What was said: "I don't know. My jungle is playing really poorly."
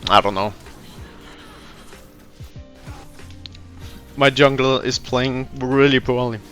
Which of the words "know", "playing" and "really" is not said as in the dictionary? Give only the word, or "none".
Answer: none